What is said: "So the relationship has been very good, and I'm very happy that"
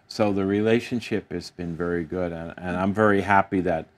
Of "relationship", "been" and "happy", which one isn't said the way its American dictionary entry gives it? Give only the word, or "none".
none